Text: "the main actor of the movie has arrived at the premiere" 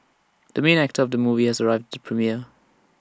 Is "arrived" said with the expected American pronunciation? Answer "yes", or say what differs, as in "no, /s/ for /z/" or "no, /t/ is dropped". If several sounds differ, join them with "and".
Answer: yes